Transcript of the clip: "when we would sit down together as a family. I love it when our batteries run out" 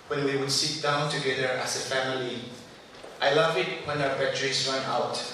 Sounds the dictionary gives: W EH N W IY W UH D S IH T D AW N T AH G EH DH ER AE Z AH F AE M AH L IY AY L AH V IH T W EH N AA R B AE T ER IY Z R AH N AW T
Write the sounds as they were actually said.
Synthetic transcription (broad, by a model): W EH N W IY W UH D S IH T D AW N T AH G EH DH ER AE S AH F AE M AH L IY AY L AH V IH T W EH N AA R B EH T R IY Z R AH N AW T